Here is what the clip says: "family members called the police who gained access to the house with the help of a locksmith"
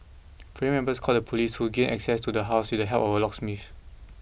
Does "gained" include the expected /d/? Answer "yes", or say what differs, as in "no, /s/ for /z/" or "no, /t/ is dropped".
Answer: no, /d/ is dropped